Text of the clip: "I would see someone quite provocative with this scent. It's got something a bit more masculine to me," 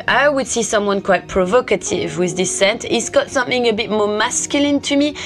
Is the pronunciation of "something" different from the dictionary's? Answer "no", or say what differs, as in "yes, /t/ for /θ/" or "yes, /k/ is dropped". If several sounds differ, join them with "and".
no